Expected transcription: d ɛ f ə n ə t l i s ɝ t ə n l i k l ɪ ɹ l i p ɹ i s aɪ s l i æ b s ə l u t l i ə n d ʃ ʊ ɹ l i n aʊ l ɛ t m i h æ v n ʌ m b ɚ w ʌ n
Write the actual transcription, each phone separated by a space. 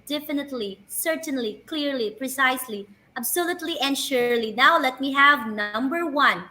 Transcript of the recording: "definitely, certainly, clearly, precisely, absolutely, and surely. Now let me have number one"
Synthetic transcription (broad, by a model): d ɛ f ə n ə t l i s ɝ t ə n l i k l ɪ ɹ l i p ɹ i s aɪ s l i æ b s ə l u t l i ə n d ʃ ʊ ɹ l i n aʊ l ɛ t m i h æ v n ʌ m b ɚ w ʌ n